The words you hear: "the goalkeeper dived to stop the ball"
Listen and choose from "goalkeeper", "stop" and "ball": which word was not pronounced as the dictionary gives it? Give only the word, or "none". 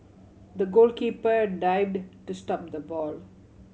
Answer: none